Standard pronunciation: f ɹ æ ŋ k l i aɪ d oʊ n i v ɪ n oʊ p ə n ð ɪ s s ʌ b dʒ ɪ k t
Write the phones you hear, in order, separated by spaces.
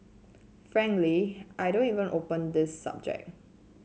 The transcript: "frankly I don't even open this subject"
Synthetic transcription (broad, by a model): f ɹ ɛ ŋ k l i aɪ d oʊ n i v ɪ n oʊ p ə n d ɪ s s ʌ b dʒ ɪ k